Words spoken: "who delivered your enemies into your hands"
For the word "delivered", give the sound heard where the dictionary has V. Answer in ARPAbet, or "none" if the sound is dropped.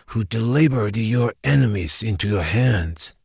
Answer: B